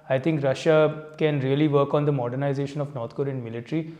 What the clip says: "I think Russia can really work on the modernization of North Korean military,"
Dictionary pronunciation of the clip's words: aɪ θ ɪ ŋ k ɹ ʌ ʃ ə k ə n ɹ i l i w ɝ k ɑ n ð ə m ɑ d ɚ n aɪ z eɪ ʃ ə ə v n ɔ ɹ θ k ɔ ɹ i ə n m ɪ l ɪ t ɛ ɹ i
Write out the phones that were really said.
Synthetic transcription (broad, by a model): aɪ t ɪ ŋ k ɹ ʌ ʃ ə k ə n ɹ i l i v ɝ k ɑ n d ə m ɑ d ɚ n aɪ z eɪ ʃ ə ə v n ɔ ɹ t k ɔ ɹ i ə n m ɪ l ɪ t ɹ i